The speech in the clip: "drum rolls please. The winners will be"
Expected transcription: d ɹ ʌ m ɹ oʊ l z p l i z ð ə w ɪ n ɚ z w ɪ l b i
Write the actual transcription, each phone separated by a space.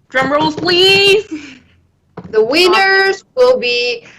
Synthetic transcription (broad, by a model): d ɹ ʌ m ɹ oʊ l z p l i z ð ə w ɪ n ɚ z w ɪ l b i